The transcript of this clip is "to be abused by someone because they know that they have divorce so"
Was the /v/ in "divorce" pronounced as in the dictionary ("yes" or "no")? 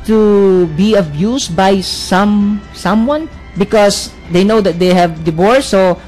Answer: no